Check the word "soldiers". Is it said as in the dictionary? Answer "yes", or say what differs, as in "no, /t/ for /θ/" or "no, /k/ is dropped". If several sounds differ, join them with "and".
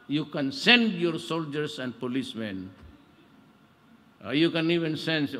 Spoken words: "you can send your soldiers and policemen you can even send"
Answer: no, /s/ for /z/